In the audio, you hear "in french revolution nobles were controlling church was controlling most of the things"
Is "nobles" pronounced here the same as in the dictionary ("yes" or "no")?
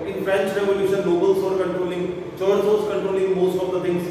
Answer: no